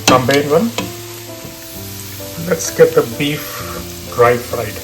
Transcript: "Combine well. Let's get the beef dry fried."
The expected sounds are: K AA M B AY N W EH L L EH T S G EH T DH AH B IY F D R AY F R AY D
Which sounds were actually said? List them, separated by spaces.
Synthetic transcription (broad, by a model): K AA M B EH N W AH N L EH T S G EH T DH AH B IY F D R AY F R AY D